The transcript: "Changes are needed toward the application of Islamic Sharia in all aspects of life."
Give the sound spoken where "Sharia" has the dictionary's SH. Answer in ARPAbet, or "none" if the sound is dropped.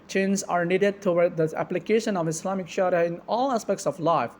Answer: SH